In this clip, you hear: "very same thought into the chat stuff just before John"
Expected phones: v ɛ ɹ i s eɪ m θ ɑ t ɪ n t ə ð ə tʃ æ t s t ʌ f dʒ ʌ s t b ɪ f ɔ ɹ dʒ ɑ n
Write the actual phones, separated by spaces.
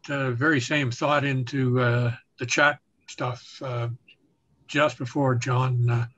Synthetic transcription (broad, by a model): v ɛ ɹ i s eɪ m θ ɑ t ɪ n t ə ð ə tʃ æ t s t ʌ f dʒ ʌ s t b ɪ f ɔ ɹ dʒ ɑ n